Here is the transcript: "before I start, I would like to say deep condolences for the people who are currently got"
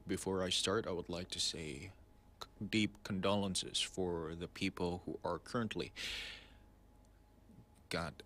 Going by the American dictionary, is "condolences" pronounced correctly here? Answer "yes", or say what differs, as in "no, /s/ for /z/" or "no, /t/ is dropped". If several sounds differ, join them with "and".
yes